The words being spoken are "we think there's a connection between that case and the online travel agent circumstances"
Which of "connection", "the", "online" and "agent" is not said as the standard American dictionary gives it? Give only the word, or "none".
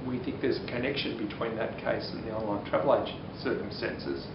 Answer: agent